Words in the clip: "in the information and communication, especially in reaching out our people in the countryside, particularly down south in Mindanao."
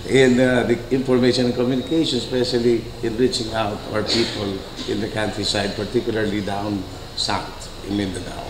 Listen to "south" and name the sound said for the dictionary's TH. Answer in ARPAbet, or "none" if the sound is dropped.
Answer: T